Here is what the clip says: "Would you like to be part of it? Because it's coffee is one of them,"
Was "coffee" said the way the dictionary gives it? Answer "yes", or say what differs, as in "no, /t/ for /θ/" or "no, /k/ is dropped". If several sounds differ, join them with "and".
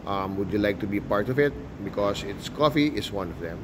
yes